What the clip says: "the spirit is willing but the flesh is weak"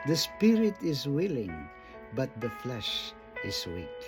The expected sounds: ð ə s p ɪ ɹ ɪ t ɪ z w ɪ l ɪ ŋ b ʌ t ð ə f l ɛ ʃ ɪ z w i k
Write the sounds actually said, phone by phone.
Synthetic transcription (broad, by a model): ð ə s p ɪ ɹ ɪ t ɪ z w ɪ l ɪ ŋ b ʌ t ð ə f l ɛ ʃ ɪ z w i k